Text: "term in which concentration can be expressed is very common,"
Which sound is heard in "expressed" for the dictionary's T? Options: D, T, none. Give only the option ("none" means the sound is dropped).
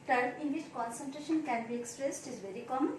T